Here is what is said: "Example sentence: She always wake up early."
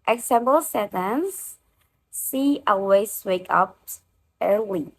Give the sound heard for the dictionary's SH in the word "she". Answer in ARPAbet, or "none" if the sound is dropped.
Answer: S